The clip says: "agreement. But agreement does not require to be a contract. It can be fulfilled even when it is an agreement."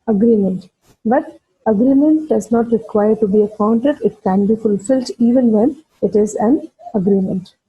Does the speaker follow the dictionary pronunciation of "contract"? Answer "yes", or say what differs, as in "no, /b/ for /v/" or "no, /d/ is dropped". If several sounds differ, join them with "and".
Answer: no, /ɹ/ is dropped